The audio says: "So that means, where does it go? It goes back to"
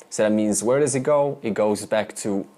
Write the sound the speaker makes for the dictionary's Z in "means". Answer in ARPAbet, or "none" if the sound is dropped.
Z